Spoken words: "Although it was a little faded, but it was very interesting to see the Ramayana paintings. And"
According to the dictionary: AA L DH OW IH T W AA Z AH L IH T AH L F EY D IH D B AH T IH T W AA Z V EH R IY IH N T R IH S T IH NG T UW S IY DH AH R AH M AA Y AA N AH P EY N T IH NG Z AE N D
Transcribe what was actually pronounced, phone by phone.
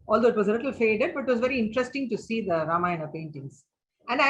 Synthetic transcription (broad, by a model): AA L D OW IH T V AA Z AH L IH T AH L F EY D IH D B AH T IH T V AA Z V EH R IY IH N T R IH S T IH NG T UW S IY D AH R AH M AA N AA AH P EY N T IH NG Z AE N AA